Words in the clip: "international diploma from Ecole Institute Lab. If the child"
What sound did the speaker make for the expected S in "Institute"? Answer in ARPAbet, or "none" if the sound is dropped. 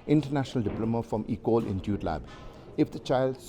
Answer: none